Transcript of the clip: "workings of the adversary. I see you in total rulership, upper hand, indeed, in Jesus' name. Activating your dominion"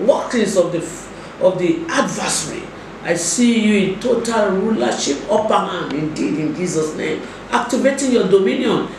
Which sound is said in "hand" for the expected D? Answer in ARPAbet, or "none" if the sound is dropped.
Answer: none